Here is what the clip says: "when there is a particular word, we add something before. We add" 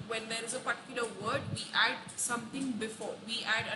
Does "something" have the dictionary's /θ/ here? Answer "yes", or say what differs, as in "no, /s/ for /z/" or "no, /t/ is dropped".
no, /t/ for /θ/